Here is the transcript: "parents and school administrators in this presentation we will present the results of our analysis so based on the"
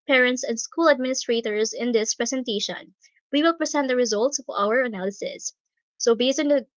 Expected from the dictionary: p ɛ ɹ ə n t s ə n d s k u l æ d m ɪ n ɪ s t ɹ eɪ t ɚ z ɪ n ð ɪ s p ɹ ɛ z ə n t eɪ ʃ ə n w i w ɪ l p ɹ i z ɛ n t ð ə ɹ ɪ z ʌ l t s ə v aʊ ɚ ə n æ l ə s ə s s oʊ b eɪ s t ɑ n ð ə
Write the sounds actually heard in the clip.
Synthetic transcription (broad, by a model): p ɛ ɹ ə n t s ə n d s k u l æ d m ɪ n ɪ s t ɹ eɪ t ɚ z ɪ n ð ɪ s p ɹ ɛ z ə n t eɪ ʃ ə n w i w ɪ l p ɹ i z ɛ n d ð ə ɹ ɪ z ʌ l t s ə v aʊ ɚ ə n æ l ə s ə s s oʊ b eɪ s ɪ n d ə